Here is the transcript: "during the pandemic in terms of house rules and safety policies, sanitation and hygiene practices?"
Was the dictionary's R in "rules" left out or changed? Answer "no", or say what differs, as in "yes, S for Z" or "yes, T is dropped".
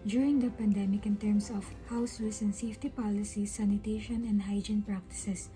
yes, W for R